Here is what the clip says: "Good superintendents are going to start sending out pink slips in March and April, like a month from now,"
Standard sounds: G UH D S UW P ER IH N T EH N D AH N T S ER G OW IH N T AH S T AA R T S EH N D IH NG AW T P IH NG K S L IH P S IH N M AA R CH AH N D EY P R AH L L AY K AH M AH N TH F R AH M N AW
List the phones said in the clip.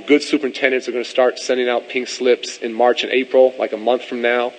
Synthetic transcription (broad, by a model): G UH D S UW P ER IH N T EH N D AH N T S ER G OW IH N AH S T AA R T S EH N D IH NG AW T P IH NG S L IH P S IH N M AA R CH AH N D EY P R L L AY K AH M AH N TH F R AH M N AW